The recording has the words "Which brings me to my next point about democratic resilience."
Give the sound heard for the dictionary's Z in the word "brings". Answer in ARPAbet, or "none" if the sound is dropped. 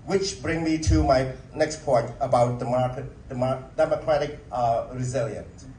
none